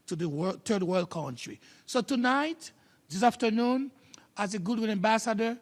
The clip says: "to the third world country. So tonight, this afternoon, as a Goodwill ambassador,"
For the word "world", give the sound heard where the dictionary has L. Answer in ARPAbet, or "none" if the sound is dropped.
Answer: L